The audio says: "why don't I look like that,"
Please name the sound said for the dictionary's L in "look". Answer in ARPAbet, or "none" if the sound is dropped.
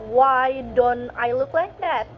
L